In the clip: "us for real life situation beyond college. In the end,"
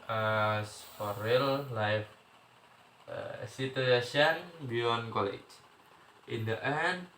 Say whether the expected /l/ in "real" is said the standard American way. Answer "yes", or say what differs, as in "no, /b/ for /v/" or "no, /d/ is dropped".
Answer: yes